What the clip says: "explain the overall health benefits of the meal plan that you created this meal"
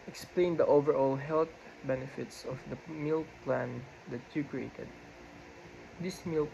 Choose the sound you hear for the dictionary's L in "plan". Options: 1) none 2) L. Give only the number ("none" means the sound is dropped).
2